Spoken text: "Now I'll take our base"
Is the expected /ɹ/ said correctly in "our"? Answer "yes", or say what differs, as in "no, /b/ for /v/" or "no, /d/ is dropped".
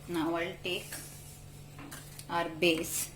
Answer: yes